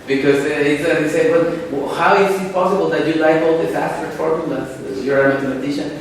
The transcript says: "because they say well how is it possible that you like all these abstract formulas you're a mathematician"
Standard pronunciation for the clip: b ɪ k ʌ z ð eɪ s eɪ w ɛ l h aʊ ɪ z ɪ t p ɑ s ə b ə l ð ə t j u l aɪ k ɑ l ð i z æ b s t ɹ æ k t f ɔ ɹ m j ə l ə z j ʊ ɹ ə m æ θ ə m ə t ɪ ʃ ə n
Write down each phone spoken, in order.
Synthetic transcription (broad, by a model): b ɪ k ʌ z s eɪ s eɪ w ɛ l h aʊ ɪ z ɪ t p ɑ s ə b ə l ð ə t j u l aɪ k ɑ l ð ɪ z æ s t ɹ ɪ t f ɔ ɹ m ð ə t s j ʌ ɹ ə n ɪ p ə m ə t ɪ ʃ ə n